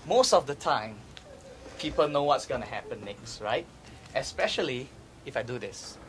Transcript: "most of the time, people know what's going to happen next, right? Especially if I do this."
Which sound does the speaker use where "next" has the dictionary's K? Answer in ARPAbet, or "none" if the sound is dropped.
K